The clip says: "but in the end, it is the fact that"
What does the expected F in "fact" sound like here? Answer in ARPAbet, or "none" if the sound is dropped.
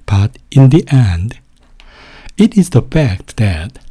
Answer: F